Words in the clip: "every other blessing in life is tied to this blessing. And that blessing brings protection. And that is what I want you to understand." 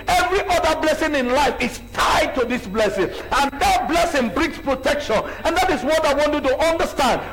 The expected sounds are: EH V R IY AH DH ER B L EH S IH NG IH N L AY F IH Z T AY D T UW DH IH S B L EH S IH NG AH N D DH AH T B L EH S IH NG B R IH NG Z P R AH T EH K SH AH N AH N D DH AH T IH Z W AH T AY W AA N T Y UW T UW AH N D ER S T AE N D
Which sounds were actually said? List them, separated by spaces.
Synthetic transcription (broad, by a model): EH V R IY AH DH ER B L EH S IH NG IH N L AY F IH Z T AY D T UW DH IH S B L EH S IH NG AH N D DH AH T B L EH S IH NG B R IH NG S P R AH T EH K SH AH N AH N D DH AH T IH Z W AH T AY W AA N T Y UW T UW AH N D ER S T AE N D